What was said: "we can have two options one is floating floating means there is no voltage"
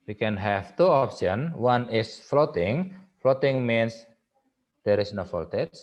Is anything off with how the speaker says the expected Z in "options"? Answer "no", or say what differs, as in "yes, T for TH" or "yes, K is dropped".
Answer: yes, Z is dropped